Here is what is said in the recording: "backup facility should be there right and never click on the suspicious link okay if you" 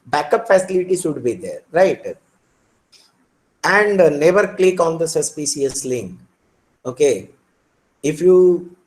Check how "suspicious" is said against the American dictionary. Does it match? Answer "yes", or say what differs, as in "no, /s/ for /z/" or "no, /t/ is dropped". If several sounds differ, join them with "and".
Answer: no, /s/ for /ʃ/